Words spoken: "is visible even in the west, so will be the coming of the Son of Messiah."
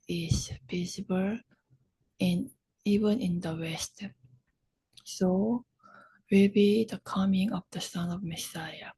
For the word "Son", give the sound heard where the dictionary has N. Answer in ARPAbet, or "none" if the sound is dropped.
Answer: N